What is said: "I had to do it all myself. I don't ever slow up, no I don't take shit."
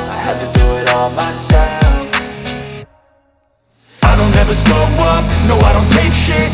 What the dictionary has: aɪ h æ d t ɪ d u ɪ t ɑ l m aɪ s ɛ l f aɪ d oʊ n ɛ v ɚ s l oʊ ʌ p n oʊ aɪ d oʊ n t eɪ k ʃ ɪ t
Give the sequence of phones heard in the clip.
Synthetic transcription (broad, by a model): aɪ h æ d t ɪ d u ɪ t ɑ l m aɪ s ɛ l f aɪ d oʊ n ɛ v ɚ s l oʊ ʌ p n oʊ aɪ d oʊ n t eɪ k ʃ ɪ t